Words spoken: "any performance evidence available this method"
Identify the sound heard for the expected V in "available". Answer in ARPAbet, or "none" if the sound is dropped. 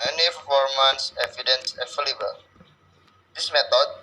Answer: F